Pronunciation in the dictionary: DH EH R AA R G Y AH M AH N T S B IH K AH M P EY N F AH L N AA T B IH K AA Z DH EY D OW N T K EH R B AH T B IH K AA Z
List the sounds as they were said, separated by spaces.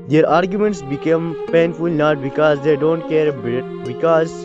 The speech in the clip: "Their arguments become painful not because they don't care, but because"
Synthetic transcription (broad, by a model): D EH R AA R G Y AH M AH N T S B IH K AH M P EY N F AH L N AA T B IH K AA Z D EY D OW N T K EH R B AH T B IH K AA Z